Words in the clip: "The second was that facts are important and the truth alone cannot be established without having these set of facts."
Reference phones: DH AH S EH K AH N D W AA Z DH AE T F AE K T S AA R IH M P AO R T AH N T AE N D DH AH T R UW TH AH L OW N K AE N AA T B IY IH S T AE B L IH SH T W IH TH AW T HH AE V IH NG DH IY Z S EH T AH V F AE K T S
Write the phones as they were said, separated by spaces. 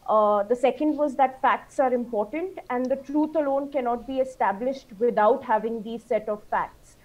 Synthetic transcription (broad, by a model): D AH S EH K AH N D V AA Z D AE T F AE K T S AA R IH M P AO R T AH N T AE N D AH T R UW T AH L OW N K AE N AA T B IY IH S T AE B L IH SH T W IH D AW T HH AE V IH NG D IY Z S EH T AH V F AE K T S